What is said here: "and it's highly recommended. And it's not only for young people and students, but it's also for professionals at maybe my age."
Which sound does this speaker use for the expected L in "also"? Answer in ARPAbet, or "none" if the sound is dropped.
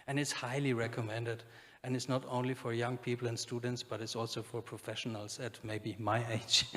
L